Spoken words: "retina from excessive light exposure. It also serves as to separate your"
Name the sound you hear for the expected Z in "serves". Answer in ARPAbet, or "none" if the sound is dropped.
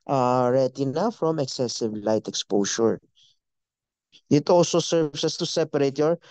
S